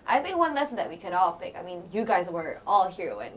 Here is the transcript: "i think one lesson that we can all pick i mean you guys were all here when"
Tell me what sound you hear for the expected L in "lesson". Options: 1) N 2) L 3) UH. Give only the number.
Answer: 2